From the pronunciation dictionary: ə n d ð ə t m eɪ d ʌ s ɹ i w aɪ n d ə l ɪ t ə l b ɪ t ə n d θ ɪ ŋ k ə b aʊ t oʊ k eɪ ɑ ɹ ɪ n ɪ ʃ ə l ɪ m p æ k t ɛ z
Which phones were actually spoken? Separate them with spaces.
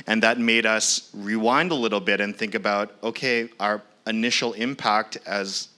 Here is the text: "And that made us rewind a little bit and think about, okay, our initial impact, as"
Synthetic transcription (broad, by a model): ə n ð ə t m eɪ d ʌ s ɹ i w aɪ n d ə l ɪ t l b ɪ t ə n θ ɪ ŋ k ə b aʊ t oʊ k eɪ ɑ ɹ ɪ n ɪ ʃ l ɪ m p æ k t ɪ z